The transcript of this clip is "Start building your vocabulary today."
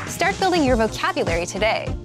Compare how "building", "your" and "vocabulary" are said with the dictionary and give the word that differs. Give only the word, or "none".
none